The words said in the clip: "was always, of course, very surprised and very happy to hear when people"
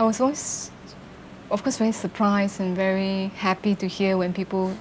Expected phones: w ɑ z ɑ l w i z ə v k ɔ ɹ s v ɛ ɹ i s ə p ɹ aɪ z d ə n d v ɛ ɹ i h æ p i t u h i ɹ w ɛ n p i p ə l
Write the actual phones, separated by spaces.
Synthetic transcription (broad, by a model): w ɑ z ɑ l w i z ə f k ɔ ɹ s v ɛ ɹ i s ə p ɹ aɪ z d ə n v ɛ ɹ i h æ p i t u h i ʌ w ɛ n p i p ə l